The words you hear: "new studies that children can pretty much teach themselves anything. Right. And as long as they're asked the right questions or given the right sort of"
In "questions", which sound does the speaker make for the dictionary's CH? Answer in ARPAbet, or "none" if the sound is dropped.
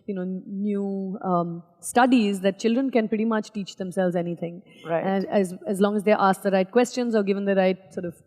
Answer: CH